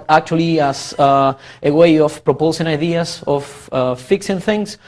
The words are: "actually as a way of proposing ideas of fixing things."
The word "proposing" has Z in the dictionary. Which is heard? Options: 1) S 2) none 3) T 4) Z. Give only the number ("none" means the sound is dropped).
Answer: 1